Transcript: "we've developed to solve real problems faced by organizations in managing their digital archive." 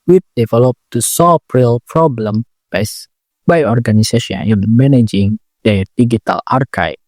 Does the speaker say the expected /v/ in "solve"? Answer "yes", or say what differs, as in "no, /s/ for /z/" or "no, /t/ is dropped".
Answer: no, /p/ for /v/